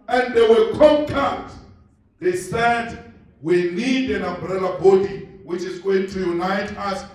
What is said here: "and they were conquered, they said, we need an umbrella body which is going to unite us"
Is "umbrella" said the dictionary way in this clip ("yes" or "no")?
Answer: yes